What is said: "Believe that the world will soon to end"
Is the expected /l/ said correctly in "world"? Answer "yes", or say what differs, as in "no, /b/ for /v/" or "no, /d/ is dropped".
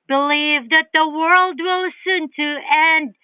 yes